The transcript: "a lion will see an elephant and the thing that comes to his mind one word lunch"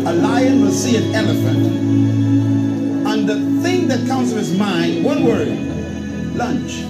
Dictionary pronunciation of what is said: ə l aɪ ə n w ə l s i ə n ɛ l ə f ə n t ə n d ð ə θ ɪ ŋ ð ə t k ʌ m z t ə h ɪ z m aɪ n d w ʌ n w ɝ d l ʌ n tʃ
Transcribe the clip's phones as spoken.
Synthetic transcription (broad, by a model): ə l aɪ ə n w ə s i ə n ɛ l ə f ə n t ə n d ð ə θ ɪ ŋ ð ə t k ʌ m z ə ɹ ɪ z m aɪ n d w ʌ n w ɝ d l ʌ n tʃ